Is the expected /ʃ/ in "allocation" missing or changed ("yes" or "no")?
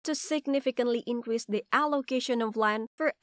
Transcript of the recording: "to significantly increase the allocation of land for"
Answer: no